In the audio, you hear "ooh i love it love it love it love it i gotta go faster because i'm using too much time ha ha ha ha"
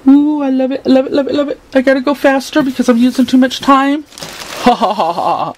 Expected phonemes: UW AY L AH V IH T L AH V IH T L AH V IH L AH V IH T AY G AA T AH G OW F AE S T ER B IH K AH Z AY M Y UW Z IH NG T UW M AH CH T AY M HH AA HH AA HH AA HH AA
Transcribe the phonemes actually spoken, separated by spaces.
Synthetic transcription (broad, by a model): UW AY L AH V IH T L AH V IH T L AH V IH L AH V IH T AY G AA T AH G OW F AE S T ER B IH K AH Z AY M Y UW Z IH NG T UW M AH CH T AY M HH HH HH AA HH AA